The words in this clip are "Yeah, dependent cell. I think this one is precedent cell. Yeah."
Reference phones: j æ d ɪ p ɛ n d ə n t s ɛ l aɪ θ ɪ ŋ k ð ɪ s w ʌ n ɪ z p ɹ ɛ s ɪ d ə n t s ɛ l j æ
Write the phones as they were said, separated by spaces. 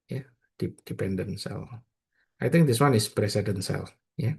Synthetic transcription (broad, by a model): j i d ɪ p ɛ n d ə n s ɛ l aɪ t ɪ ŋ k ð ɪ s w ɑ n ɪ s p ɹ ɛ s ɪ d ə n s ɛ l j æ